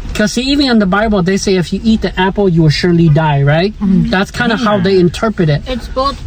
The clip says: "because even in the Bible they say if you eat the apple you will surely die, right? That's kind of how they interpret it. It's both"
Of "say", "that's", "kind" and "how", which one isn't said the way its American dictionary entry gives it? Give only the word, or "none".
none